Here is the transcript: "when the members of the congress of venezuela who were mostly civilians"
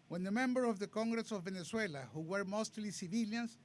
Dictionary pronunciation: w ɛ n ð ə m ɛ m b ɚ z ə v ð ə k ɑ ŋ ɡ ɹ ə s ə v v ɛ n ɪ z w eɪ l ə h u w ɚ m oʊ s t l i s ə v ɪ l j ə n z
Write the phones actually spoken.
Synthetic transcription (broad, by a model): w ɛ n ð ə m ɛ m b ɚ ə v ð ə k ɑ ŋ ɡ ɹ ə s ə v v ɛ n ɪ s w eɪ l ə h u w ɚ m oʊ s t l i s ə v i l j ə n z